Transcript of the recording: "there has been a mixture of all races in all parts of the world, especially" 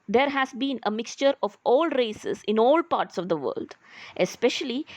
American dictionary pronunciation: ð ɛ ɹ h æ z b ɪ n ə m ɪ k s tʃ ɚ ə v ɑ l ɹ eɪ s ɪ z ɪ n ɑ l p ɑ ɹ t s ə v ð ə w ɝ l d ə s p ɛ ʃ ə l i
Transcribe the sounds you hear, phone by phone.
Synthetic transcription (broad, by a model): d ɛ ɹ h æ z b ɪ n ə m ɪ k s tʃ ɚ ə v ɑ l ɹ eɪ s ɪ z ɪ n ɑ l p ɑ ɹ t s ə v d ə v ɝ l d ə s p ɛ ʃ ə l i